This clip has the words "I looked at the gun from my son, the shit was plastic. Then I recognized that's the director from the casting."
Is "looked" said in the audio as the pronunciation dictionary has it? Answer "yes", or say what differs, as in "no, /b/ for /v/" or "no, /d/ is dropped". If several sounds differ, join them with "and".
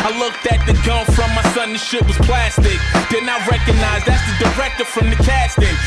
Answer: yes